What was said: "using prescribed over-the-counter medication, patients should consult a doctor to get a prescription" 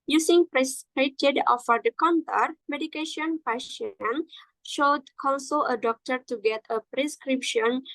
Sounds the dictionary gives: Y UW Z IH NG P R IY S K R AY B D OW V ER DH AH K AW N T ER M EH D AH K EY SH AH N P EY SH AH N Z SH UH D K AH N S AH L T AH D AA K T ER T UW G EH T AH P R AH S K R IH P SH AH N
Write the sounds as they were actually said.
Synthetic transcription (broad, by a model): Y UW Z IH NG P R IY S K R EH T D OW F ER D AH K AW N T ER M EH D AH K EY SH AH N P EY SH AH N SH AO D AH L S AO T AH D AA K T ER T UW G EH T AH P R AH S K R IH P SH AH N